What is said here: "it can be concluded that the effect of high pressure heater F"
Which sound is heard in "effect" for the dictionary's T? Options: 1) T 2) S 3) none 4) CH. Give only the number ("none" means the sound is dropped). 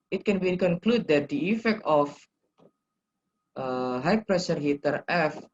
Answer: 1